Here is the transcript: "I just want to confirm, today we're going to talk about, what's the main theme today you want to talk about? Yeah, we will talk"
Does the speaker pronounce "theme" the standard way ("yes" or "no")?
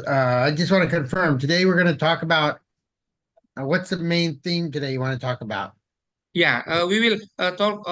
yes